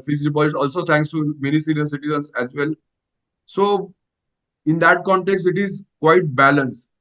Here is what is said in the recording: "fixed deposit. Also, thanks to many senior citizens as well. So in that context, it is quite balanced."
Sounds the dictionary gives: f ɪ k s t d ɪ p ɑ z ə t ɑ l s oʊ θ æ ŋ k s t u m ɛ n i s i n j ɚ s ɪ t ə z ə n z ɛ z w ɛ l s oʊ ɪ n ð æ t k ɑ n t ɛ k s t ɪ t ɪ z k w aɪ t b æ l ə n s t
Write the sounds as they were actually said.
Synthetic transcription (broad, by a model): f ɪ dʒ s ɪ b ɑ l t ɑ l s oʊ t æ ŋ k s t u m ɛ n i s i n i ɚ s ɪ t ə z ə n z ɛ z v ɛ l s oʊ ɪ n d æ t k ɑ n t ɛ k s t ɪ t ɪ z k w aɪ t b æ l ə n s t